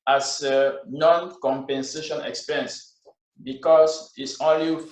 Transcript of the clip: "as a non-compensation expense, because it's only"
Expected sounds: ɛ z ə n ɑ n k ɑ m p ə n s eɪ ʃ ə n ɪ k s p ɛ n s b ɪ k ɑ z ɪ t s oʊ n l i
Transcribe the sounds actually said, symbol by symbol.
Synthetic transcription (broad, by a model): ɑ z ə n ɑ n k ɑ m p ə n s eɪ ʃ ə n ɪ k s p ɛ n s b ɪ k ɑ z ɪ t s oʊ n l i